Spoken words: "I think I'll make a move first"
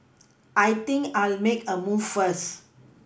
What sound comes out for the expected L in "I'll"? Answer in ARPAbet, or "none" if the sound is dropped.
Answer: L